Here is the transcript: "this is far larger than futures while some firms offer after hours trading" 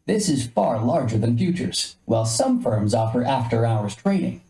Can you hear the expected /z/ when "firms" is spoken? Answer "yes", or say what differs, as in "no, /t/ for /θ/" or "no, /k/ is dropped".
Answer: yes